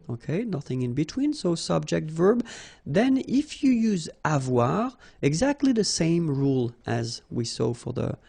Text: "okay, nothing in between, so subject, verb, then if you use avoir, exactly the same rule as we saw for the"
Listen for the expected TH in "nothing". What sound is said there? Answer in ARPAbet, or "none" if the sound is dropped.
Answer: TH